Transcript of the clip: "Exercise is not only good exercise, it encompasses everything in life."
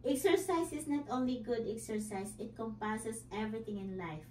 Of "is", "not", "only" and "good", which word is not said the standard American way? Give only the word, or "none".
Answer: is